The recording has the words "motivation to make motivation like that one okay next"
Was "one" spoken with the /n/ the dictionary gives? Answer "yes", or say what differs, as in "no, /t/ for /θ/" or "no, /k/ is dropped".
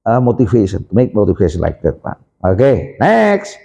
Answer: no, /n/ is dropped